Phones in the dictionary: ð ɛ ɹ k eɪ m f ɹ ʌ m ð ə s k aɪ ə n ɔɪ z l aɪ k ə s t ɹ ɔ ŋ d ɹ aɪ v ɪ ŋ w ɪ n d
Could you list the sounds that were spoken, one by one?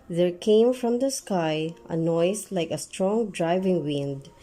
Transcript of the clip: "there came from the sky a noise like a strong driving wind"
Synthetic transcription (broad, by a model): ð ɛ ɹ k eɪ m f ɹ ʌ m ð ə s k aɪ ə n ɔɪ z l aɪ k ə s t ɹ ɔ ŋ d ɹ aɪ v ɪ ŋ w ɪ n d